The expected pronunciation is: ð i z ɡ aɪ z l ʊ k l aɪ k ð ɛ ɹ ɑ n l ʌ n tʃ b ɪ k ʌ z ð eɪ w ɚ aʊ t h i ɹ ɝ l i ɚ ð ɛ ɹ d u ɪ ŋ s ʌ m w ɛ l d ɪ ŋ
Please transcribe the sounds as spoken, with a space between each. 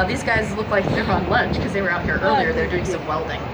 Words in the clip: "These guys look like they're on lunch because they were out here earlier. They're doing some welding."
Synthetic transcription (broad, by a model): ð i z ɡ aɪ z l ʊ k l aɪ k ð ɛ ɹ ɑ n l ʌ n tʃ k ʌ z ð eɪ w ɚ aʊ t h i ɹ ɝ l i ɚ ð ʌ ɹ d u ɪ ŋ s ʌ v w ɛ l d ɪ ŋ